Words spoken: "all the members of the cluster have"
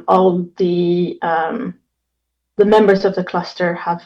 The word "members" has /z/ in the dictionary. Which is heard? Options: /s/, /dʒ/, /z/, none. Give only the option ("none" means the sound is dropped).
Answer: /z/